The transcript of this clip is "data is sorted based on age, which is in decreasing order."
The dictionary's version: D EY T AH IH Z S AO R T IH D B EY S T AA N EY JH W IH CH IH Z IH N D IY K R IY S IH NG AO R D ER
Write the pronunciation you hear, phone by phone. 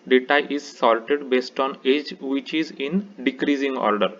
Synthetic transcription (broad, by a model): D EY T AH IH Z S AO L T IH D B EY S T AA N EY JH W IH CH IH Z IH N D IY K R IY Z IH NG AO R D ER